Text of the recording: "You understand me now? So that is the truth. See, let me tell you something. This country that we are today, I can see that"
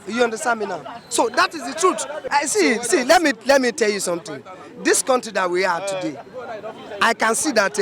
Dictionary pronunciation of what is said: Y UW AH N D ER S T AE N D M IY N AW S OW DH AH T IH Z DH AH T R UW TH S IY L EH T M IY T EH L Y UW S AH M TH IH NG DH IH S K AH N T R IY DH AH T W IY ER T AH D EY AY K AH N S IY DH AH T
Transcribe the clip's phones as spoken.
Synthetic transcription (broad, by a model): Y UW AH N D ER S T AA N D M IY N AW S OW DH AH T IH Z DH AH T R UW S S IY L EH T M IY T EH L Y UW S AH M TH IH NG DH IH S K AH N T R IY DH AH T W IY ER T AH D EY AY K AH N S IY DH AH T